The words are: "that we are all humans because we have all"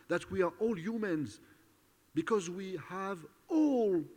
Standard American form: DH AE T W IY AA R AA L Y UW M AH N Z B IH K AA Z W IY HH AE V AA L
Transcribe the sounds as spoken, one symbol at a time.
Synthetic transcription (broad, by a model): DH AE T W IY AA R AA L Y UW M AH N Z B IH K AA Z W IY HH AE V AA L